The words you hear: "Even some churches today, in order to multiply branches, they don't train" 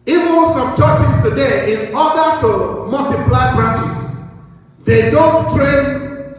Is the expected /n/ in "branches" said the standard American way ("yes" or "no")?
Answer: no